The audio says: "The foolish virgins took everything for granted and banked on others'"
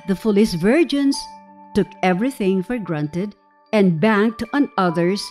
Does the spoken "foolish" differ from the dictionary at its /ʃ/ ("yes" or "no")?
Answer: yes